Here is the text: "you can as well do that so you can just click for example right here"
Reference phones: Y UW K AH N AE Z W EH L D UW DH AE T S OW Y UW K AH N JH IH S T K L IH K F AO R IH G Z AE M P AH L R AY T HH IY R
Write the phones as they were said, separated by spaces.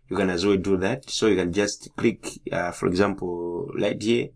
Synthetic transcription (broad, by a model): Y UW K AH N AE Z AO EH D UW DH AE T S OW Y UW K AH N JH IH S T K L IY K F AO R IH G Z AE M P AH L L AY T HH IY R